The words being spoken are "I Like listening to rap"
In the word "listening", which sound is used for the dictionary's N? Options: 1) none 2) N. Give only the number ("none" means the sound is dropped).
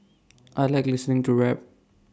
2